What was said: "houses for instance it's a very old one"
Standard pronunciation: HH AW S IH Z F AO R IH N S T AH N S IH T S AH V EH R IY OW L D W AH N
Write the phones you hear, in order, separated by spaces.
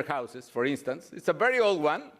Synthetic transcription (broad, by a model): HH AW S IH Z F AO R IH N S T AH N S IH T S AH V EH R IY OW L D W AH N